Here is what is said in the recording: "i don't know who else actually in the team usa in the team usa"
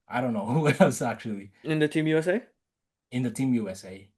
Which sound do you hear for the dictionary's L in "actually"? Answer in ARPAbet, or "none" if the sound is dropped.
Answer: L